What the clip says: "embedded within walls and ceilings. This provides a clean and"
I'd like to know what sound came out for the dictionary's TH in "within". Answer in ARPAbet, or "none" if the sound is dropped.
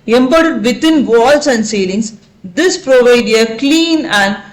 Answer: T